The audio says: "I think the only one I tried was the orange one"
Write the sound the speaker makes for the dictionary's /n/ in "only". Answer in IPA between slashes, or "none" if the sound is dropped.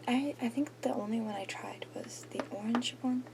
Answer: /n/